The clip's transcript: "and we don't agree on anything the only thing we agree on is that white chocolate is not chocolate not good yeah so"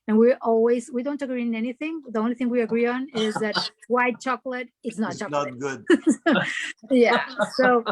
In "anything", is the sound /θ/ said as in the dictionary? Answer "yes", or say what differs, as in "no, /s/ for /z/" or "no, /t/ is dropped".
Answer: yes